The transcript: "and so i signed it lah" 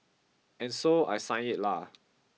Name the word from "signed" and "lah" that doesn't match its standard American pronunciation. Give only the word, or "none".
signed